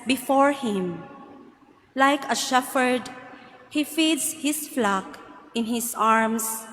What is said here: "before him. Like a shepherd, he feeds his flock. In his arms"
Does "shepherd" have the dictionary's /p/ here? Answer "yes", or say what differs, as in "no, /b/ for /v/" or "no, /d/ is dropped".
no, /f/ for /p/